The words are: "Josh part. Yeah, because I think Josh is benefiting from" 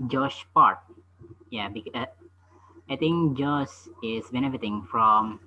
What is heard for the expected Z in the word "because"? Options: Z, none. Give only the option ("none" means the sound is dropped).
none